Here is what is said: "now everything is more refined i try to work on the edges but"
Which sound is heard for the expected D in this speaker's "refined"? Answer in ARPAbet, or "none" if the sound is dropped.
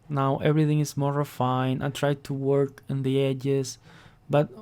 none